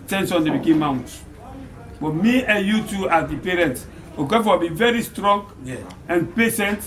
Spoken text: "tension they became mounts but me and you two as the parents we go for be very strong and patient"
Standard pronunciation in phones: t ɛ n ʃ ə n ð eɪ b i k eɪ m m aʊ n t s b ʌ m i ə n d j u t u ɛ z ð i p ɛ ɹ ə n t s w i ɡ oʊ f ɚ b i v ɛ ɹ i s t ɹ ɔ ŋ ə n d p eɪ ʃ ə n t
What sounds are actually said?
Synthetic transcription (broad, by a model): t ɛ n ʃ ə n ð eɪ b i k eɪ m m aʊ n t b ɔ m i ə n j u t u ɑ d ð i p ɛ ɹ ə n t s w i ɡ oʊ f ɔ b i v ɛ ɹ i s t ɹ ɔ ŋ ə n p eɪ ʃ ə n t